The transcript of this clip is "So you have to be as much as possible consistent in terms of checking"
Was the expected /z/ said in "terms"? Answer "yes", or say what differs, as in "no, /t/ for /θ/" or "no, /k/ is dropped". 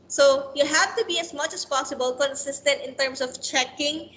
no, /s/ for /z/